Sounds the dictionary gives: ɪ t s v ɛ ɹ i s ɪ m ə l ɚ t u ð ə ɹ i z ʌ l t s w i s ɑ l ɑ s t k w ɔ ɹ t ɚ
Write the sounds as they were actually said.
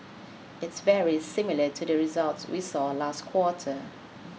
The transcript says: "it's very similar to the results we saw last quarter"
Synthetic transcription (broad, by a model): ɪ t s v ɛ ɹ i s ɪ m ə l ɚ t u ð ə ɹ i z ʌ l t s w i s ɑ l ɑ s t k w ɔ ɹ t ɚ